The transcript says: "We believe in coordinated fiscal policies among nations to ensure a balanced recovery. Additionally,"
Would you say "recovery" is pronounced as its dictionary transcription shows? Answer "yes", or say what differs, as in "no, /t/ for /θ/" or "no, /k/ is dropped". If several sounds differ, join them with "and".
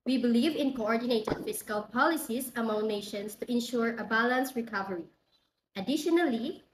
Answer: yes